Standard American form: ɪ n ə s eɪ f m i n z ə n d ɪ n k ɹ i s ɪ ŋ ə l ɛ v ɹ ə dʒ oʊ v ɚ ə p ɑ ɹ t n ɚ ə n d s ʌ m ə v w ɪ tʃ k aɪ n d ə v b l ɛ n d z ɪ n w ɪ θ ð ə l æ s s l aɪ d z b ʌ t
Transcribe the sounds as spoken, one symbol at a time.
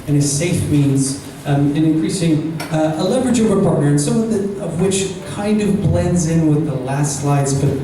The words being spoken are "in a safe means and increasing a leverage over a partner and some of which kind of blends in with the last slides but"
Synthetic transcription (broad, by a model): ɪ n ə s eɪ f m i n z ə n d ɪ n k ɹ i s ɪ ŋ ə l ɛ v ɹ ə dʒ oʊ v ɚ ə p ɑ ɹ t n ɚ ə n s ʌ m ə v w ɪ tʃ k aɪ n d ə v b l ɛ n d z ɪ n w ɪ ð ə l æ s s l aɪ d z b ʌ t